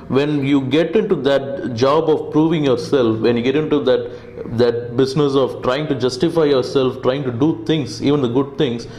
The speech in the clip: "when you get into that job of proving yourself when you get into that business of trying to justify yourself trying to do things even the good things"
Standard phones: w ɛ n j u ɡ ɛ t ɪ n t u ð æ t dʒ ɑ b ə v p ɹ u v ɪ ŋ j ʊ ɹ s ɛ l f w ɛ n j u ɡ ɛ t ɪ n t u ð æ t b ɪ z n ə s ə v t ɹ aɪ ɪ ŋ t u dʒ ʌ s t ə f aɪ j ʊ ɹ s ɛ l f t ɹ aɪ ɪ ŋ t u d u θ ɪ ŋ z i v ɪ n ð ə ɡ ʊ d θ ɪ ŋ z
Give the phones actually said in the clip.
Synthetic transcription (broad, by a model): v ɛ n j u ɡ ɛ t ɪ n t u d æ t dʒ ɑ b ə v p ɹ u v ɪ ŋ j ʊ ɹ s ɛ l f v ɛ n j u ɡ ɛ t ɪ n t u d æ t b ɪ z n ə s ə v t ɹ aɪ ɪ ŋ t u dʒ ʌ s t ə f aɪ j ʊ ɹ s ɛ l f t ɹ aɪ ɪ ŋ t u d u t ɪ ŋ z i v ɪ n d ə ɡ ʊ d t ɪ ŋ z